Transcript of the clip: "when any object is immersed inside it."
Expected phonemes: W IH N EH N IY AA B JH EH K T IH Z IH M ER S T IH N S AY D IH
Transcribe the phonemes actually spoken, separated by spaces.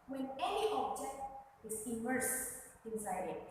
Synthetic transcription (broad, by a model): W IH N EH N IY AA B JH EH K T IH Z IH M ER S IH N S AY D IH